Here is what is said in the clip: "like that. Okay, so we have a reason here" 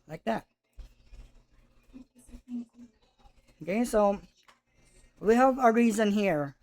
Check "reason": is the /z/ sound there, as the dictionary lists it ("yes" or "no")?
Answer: yes